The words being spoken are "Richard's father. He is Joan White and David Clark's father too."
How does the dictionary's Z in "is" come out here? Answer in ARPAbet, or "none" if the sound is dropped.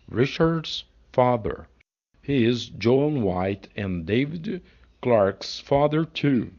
Z